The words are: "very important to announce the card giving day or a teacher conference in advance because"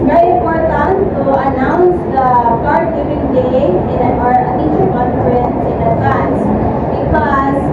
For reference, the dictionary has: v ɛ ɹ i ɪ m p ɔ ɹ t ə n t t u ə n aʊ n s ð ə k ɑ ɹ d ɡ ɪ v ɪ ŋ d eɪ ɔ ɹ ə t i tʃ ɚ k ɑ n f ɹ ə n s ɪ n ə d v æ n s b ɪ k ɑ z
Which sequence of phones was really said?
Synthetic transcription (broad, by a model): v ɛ ɹ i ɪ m p ɔ ɹ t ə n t t u ə n aʊ n s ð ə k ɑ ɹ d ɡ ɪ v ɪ ŋ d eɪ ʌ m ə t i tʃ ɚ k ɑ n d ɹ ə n ɪ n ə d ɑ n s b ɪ k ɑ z